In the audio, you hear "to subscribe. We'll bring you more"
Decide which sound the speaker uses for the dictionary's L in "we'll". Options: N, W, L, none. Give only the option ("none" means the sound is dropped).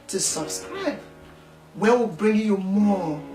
W